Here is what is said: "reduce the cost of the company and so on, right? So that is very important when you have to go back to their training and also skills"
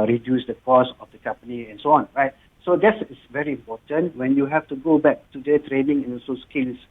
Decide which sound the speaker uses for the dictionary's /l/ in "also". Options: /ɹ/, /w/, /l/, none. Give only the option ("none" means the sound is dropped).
none